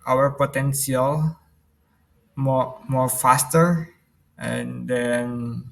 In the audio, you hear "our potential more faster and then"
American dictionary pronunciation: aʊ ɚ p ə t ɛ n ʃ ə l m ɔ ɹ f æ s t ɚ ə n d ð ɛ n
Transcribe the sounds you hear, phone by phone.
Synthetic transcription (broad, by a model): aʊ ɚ p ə t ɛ n s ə l m ɔ ɹ f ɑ s t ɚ ə n d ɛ n